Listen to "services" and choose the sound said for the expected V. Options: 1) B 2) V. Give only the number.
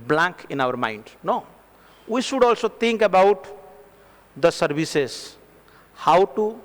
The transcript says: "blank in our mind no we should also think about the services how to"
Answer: 1